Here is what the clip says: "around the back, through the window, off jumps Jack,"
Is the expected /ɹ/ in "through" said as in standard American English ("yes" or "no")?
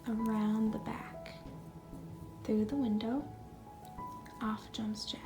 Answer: yes